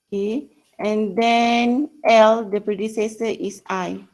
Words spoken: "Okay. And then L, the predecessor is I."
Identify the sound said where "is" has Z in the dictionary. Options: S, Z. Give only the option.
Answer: S